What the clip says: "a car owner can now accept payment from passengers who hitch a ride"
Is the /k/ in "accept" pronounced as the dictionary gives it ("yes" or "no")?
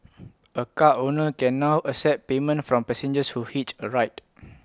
no